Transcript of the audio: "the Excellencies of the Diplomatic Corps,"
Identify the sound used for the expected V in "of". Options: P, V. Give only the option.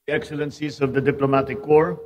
V